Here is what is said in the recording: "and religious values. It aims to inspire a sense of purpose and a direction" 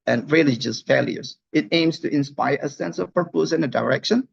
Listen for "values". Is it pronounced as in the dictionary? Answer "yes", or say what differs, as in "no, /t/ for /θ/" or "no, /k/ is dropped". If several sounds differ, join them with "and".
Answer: no, /f/ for /v/